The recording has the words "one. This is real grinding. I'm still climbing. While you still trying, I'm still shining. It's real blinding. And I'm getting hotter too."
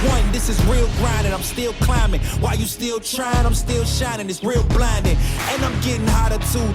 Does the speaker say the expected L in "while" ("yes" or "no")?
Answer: yes